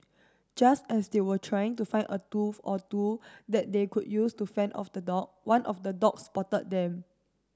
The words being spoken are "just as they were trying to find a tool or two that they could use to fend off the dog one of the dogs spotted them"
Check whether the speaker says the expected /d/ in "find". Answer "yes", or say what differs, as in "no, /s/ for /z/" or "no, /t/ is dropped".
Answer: no, /d/ is dropped